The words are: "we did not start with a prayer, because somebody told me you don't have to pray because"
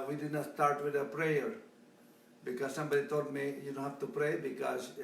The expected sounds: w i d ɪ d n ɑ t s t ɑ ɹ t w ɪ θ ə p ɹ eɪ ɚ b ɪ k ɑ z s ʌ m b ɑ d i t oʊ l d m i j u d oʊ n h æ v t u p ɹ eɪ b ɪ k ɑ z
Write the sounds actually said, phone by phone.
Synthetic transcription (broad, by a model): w i d ɪ d n ɑ t s t ɑ ɹ t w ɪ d ə p ɹ eɪ ɚ b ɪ k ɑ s s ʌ m b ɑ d i t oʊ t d m i j u d oʊ n h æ f t u p ɹ eɪ b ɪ k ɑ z